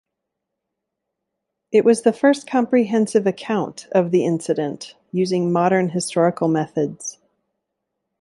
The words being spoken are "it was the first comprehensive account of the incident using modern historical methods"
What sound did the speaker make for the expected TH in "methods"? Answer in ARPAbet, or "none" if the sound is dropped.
TH